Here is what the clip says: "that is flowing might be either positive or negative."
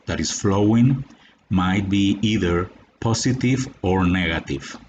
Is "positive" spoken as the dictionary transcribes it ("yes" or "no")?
no